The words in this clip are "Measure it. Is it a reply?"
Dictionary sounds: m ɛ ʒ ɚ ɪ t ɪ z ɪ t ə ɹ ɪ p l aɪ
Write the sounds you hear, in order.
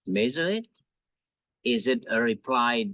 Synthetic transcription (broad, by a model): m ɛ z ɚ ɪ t ɪ z ɪ t ə ɹ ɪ p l aɪ